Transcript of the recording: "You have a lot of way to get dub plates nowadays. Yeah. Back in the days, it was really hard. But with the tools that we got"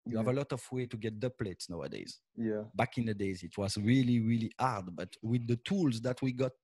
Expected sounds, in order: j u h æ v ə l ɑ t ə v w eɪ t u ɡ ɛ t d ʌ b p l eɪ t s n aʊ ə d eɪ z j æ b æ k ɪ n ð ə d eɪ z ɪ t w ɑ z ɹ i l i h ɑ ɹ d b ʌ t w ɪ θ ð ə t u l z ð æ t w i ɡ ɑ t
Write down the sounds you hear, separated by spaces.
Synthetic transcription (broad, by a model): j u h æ v ə l ɑ t ə v w eɪ t u ɡ ɛ t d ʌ p l eɪ t s n aʊ ə d eɪ z j æ b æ k ɪ n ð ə d eɪ z ɪ t w ɑ z ɹ i l i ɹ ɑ ɹ d b ʌ t w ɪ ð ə t u l z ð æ t w i ɡ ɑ t